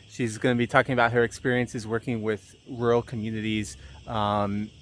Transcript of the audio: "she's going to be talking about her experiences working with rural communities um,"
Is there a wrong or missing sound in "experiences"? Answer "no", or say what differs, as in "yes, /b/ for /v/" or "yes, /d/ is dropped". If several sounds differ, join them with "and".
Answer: no